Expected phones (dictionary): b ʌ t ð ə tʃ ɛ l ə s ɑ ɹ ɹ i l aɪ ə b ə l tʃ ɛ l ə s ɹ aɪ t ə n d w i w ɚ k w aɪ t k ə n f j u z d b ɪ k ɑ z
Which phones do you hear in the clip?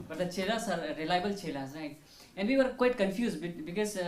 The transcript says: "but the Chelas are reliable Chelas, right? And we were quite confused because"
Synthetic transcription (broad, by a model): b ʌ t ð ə tʃ ɛ l ə s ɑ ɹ ɹ i l aɪ ə b ə l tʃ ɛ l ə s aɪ ə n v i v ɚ k w aɪ t k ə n f j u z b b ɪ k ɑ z